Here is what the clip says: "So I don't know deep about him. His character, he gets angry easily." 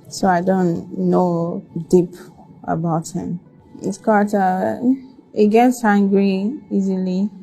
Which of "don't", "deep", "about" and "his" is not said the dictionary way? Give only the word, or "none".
his